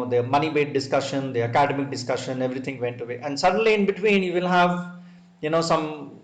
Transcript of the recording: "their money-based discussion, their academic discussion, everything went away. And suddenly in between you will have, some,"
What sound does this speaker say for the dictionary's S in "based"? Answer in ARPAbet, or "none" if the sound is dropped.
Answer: none